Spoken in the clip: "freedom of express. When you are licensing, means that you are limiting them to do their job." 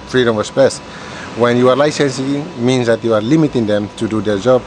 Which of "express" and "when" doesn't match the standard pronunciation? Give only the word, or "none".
express